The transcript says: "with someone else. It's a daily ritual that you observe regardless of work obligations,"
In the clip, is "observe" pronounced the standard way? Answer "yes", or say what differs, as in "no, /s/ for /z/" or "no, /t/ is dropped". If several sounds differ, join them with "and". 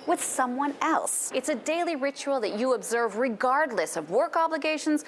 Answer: yes